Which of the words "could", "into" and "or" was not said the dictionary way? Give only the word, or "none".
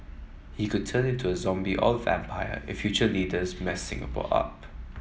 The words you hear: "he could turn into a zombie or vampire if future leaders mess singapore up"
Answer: or